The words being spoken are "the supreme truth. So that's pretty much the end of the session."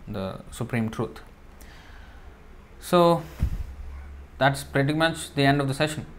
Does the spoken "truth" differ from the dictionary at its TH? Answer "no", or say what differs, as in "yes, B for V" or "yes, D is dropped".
yes, T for TH